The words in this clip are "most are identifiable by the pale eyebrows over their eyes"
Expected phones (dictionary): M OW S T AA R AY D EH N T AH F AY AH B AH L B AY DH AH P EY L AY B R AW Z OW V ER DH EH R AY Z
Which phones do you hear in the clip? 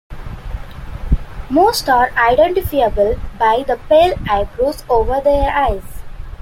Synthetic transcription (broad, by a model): M OW S T AA R AY D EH N T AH F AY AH B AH L B AY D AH P EY L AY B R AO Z OW V ER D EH R AY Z